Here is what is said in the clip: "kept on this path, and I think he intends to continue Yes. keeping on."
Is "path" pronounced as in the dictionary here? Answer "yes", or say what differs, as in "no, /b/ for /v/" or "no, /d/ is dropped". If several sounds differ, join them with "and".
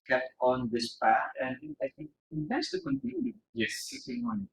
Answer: no, /t/ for /θ/